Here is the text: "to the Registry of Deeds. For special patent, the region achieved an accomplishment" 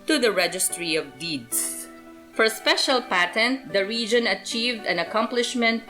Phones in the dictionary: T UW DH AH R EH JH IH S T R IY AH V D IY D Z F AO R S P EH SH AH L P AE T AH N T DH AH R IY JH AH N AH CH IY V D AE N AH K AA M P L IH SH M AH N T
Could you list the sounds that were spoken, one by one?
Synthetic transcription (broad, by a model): T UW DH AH R EH JH IH S T R IY AH V D IY D S F AO R S P EH SH AH L P AE T AH N T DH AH R IY JH AH N AH CH IY V D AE N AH K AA M P L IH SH M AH N T